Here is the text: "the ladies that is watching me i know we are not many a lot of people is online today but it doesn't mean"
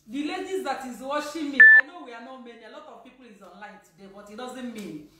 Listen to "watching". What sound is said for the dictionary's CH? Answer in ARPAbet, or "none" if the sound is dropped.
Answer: SH